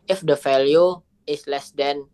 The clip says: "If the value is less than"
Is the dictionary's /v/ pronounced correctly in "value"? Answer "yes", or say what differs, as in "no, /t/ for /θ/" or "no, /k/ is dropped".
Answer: no, /f/ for /v/